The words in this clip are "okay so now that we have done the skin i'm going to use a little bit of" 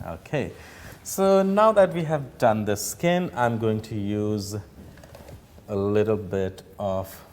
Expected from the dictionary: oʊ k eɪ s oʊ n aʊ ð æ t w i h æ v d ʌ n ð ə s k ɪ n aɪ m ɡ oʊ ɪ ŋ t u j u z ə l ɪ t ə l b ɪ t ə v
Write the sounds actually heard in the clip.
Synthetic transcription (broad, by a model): oʊ k eɪ s oʊ n aʊ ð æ t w i h æ v d ʌ n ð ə s k ɪ n aɪ m ɡ oʊ ɪ ŋ t u j u z ə l ɪ t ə l b ɪ t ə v